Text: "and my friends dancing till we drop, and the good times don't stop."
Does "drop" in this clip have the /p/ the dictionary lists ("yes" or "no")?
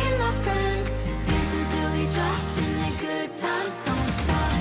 no